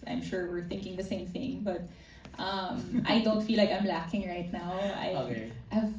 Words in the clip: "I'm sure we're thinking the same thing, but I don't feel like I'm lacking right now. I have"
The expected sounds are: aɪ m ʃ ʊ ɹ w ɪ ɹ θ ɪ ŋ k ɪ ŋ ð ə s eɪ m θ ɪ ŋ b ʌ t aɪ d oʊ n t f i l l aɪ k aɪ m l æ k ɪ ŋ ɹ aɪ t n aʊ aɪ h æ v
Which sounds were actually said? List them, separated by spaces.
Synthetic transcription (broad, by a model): aɪ m ʃ ʊ ɹ w ɪ ɹ θ ɪ ŋ k ɪ ŋ ð ə s eɪ m θ ɪ ŋ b ʌ t aɪ d oʊ n t f i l l aɪ k aɪ m l æ k ɪ ŋ ɹ aɪ t n aʊ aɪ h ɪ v